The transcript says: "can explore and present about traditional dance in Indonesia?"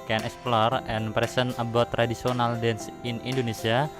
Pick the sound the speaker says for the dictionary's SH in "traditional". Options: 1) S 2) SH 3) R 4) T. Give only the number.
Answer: 1